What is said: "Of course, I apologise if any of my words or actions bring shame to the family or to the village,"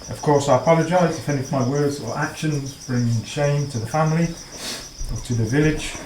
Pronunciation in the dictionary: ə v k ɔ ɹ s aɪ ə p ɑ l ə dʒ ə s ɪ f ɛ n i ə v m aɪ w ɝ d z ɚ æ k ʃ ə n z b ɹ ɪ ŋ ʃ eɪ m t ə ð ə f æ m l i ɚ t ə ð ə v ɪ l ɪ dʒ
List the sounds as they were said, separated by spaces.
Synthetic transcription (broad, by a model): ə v k ɔ ɹ s aɪ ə p ɑ l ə dʒ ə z ɪ f ɛ n i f m aɪ w ɝ d z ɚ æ k ʃ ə n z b ɹ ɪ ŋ ʃ eɪ m t ə ð ə f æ m l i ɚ t ə ð ə v ɪ l ɪ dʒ